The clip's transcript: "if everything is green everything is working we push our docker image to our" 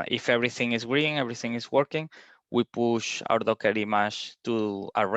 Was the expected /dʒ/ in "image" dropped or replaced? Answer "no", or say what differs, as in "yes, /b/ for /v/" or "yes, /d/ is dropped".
yes, /ʃ/ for /dʒ/